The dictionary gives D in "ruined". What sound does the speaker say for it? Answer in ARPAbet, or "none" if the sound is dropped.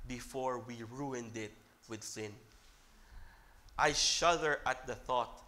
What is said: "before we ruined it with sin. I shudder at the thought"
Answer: D